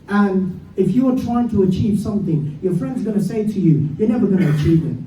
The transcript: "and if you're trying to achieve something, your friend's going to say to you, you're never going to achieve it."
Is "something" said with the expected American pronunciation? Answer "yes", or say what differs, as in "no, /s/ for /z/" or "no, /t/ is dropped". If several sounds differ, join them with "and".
yes